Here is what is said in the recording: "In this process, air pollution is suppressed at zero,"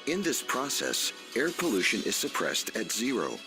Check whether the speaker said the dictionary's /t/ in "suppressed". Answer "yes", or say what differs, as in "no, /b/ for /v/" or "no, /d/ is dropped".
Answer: yes